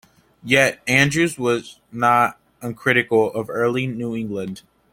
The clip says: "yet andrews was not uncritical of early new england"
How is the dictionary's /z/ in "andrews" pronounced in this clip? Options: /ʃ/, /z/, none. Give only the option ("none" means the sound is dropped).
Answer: /z/